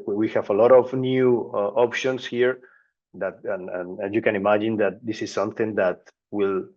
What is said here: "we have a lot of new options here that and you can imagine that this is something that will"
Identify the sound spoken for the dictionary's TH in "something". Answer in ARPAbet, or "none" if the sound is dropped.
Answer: TH